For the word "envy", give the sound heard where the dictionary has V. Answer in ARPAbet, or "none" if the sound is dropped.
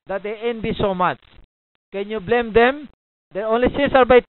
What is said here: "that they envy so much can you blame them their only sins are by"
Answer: B